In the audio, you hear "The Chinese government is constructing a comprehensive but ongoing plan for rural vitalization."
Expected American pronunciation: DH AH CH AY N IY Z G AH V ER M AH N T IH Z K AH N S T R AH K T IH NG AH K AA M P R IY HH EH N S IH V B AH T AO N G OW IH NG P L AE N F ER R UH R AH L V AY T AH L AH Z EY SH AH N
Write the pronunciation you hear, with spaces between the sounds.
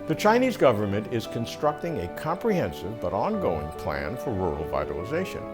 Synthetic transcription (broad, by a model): DH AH CH AY N IY Z G AH V ER M AH N T IH Z K AH N S T R AH K T IH NG AH K AA M P R IY HH EH N S IH V B AH T AO N G OW IH NG P L AE N F ER R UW R L V AY T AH L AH Z EY SH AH N